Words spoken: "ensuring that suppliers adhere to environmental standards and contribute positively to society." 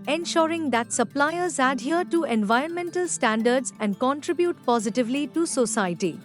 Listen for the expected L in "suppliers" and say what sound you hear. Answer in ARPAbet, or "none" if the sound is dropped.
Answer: L